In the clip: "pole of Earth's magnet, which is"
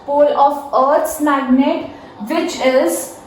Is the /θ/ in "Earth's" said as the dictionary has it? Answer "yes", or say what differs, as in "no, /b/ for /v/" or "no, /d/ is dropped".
no, /t/ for /θ/